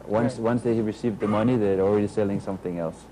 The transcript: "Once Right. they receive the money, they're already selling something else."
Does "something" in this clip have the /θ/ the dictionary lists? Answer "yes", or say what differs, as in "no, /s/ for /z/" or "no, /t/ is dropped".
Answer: yes